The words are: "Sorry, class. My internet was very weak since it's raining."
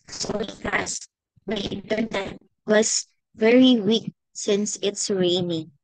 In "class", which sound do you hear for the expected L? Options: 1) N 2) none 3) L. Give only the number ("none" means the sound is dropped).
2